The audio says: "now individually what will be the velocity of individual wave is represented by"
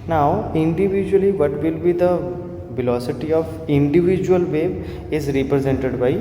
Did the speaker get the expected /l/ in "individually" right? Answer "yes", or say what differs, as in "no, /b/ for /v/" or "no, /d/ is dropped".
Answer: yes